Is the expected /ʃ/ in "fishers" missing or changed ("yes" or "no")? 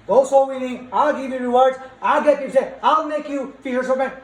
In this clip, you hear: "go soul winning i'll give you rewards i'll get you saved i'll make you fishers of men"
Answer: yes